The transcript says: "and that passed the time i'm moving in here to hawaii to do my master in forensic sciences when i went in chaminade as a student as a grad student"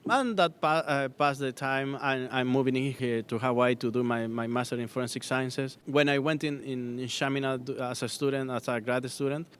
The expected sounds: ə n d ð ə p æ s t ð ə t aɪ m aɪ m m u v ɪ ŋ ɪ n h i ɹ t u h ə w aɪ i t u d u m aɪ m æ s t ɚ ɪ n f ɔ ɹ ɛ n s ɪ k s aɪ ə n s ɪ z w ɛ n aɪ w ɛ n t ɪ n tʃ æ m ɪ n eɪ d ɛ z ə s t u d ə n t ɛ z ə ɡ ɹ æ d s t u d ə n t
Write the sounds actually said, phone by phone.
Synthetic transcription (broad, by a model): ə n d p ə p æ s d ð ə t aɪ m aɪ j m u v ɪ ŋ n h i ɹ t u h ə w aɪ t u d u m aɪ m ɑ s t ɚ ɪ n f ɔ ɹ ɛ n s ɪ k s aɪ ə n s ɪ s w ɛ n aɪ w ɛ n t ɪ n ʃ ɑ m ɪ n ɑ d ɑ s ə s t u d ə n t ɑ s ə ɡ ɹ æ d s t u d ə n t